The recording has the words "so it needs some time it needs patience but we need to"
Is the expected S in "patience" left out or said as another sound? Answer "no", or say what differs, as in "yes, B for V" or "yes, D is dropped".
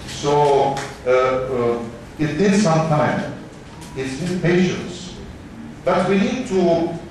no